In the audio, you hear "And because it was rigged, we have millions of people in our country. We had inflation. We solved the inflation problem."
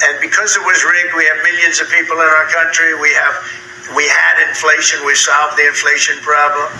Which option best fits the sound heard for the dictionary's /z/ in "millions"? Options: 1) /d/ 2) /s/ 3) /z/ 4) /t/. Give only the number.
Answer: 3